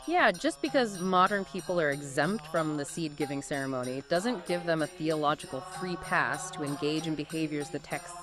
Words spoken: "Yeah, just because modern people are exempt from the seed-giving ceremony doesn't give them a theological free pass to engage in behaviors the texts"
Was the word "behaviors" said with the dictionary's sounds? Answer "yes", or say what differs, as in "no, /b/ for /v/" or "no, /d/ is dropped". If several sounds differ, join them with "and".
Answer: yes